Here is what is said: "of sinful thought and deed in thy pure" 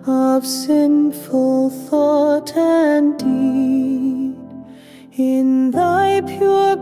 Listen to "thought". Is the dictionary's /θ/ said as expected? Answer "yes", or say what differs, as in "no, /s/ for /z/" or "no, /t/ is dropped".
yes